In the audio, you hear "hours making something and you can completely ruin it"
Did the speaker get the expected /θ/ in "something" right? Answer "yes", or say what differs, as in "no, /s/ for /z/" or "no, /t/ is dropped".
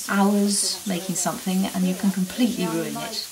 yes